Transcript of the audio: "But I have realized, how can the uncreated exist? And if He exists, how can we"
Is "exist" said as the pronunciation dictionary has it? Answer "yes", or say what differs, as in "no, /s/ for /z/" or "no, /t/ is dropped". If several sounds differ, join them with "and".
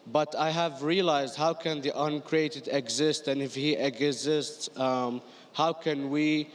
yes